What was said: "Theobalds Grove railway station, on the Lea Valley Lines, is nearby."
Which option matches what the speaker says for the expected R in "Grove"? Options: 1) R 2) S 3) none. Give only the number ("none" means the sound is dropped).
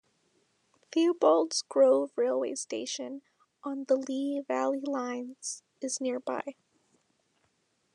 1